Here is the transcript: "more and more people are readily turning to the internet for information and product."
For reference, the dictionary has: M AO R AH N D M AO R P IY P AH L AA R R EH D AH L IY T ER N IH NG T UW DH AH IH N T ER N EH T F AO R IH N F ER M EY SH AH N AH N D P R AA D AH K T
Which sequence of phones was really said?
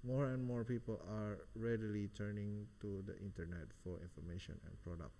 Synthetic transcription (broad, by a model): M AO R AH N M AO R P IY P AH L AA R R EH D AH L IY T ER N IH NG T UW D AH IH N T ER N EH T F AO R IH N F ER M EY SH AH N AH N P R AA D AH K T